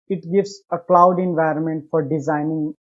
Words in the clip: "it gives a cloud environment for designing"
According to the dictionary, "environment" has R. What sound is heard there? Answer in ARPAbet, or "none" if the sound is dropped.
R